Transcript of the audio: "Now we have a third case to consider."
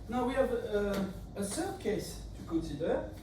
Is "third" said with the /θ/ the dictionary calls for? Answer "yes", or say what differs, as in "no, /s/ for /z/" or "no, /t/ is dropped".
no, /s/ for /θ/